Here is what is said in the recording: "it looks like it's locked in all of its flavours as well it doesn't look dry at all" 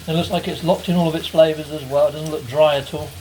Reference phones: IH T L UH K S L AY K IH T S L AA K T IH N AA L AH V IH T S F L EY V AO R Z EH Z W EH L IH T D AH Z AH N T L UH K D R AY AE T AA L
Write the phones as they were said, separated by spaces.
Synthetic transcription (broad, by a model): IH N L UH K S L AY K IH T S L AA K T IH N AA L AH V IH T S F L EY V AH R Z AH Z W EH L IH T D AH Z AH N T L UH K D R AY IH T AA L